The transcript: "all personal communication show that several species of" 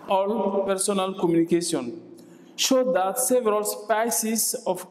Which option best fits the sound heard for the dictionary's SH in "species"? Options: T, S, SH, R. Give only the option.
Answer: S